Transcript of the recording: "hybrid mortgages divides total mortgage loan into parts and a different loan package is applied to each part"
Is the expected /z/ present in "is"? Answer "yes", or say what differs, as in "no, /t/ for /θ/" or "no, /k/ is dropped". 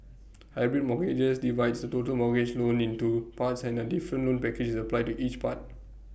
no, /s/ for /z/